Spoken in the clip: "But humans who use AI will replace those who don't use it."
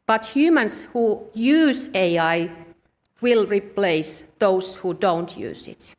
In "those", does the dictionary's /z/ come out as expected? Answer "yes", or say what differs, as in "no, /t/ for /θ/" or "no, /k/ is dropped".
no, /s/ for /z/